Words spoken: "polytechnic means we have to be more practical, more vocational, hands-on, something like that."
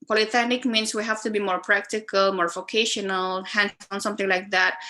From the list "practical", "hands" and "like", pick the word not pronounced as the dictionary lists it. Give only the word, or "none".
hands